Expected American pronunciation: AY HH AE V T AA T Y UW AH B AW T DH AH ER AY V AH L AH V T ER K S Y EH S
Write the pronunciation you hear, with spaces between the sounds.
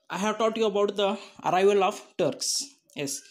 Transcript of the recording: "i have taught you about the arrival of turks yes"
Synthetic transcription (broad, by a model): AY HH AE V T AA T Y UW AH B AW T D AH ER AY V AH L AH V T ER K S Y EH S